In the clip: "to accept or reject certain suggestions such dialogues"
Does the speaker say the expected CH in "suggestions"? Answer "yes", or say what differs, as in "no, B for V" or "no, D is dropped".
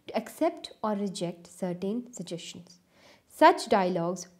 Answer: no, SH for CH